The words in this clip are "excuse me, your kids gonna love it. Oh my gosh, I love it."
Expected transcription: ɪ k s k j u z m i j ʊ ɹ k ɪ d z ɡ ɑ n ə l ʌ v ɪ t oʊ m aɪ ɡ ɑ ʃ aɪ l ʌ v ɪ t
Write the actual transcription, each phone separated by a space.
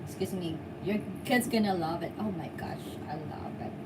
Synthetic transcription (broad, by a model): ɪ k s k j u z m i j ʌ ɹ k ɪ d z ɡ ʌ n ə l ʌ v ɪ t oʊ m aɪ ɡ ɑ ʃ aɪ l ʌ v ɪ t